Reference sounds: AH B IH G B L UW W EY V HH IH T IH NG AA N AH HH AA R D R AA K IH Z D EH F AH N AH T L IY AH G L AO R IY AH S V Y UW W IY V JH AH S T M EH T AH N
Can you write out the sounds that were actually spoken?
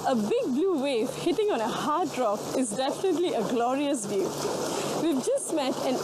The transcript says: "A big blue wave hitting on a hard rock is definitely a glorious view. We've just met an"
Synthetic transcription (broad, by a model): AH B IH G B L UW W EY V HH IH T IH NG AA N AH HH AA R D R AA K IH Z D EH F AH N AH T L IY AH G L AO R IY AH S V Y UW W IY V JH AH S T M EH T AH N